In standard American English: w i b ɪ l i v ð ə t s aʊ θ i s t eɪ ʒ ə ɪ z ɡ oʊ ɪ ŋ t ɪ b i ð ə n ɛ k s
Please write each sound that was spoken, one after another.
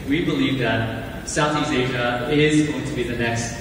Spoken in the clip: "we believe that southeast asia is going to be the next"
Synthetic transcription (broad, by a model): w i b ɪ l i v ð ə t s aʊ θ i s eɪ ʒ ə ɪ z ɡ oʊ ɪ ŋ t ɪ b i ð ə n ɛ k s